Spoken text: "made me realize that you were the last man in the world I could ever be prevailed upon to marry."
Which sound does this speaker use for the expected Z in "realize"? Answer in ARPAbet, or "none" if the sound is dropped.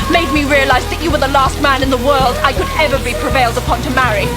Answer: Z